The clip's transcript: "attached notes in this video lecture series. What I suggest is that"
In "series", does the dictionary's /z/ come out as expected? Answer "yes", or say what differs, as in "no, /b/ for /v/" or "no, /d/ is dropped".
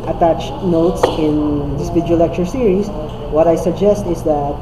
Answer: no, /s/ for /z/